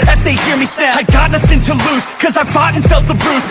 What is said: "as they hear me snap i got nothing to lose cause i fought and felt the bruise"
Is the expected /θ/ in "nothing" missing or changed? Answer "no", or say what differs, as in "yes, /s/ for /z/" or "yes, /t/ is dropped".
no